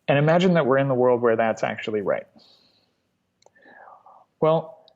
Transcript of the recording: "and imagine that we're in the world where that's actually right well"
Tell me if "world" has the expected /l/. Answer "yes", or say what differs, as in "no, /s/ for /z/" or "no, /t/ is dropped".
yes